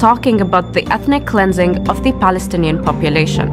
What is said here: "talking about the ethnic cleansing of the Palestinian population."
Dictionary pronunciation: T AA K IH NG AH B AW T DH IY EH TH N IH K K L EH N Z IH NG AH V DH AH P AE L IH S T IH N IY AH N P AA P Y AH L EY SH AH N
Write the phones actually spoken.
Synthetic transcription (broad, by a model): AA K IH NG AH B AW T DH IY EH TH N IH K K L EH N Z IH NG AH V DH AH P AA L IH S T IH N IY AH N P AA P Y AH L EY SH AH N